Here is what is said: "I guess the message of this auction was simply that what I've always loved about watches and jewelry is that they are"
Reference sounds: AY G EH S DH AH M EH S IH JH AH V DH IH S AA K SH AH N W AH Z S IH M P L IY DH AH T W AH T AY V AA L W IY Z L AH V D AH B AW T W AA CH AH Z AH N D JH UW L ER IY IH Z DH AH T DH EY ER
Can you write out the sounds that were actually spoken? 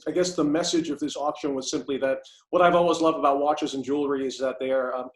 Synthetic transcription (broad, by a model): AY G EH S DH AH M EH S IH JH AH V DH IH S AA K SH AH N W AH Z S IH M P L IY DH AH T W AH T AY V AA L W IY Z L AH V D AH B AW T W AA CH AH Z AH N JH UW L ER IY IH Z DH AH T DH ER